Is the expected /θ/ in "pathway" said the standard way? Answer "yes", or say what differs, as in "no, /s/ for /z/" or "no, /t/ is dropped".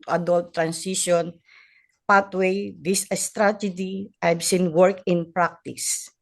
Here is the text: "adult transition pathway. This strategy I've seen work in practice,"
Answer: no, /t/ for /θ/